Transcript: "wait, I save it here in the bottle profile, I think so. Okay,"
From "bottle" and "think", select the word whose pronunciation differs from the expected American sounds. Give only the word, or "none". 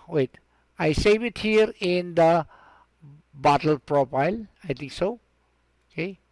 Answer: think